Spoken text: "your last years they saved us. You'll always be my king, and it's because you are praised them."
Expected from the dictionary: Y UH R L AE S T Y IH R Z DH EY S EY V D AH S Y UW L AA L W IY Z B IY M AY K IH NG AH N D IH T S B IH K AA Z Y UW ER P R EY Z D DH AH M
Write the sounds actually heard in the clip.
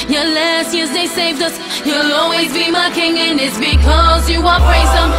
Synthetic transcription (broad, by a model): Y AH L AE S T Y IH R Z DH EY S EY V D AH S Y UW L AA L W IY Z B IY M AY K IH NG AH N IH T S B IH K AA Z Y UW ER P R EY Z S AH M